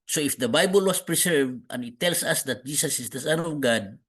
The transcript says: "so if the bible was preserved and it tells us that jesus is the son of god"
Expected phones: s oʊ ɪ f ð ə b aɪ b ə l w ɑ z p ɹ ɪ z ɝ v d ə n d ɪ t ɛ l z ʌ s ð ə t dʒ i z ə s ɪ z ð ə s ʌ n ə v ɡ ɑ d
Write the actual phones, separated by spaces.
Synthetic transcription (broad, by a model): s oʊ ɪ f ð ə b aɪ b ə l w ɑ s p ɹ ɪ s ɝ v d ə n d ɪ t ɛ l s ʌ s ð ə t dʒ i s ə s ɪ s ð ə s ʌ n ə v ɡ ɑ d